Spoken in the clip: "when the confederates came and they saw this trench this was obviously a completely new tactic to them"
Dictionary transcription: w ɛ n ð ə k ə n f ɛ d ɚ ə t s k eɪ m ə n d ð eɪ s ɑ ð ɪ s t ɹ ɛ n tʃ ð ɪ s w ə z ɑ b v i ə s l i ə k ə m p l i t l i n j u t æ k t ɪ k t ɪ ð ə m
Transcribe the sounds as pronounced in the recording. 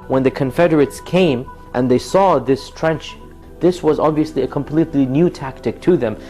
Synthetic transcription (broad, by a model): w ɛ n ð ə k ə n f ɛ d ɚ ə t s k eɪ m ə n ð eɪ s ɑ ð ɪ s t ɹ ɛ n tʃ ð ɪ s w ə z ɑ b v i ə s l i ə k ə m p l i t l i n j u t æ k t ɪ k t ɪ ð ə m